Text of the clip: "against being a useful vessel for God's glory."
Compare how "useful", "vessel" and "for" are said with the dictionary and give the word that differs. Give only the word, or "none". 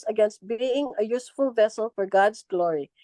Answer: none